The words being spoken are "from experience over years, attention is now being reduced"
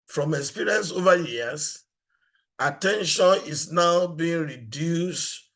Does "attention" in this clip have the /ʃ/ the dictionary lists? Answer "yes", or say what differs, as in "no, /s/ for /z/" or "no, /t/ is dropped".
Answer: yes